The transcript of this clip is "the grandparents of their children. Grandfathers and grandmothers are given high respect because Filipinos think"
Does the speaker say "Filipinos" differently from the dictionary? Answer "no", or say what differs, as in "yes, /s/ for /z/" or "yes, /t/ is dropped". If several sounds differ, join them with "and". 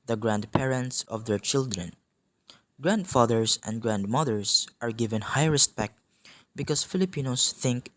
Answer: yes, /s/ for /z/